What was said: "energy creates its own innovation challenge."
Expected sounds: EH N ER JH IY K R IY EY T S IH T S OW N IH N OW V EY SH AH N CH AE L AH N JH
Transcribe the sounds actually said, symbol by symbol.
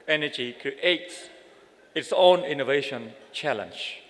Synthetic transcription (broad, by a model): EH N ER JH IY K IY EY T IH T S OW N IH N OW V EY SH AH N CH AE L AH N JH